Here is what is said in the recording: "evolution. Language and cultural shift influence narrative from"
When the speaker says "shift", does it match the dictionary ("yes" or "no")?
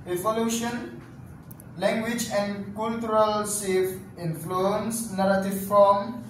no